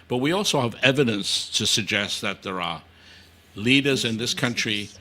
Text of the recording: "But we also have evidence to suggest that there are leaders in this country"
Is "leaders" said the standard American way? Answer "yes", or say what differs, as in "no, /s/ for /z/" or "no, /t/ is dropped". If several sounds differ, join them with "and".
yes